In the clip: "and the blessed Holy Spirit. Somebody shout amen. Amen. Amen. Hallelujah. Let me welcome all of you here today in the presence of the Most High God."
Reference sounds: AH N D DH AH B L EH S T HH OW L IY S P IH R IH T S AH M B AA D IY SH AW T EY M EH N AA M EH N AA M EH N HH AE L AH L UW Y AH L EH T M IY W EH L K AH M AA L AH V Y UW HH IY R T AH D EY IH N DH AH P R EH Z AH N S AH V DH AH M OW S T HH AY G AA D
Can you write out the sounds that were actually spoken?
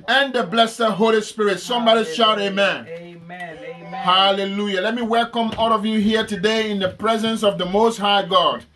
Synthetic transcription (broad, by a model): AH N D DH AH B L EH S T HH OW L IY S P IH R IH T S AH M B AA D IY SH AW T EY M EH N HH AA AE L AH L UW Y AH L EH T M IY W EH L K AH M AA L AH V Y UW HH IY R T AH D EY IH N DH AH P R EH Z AH N S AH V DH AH M OW S T HH AY G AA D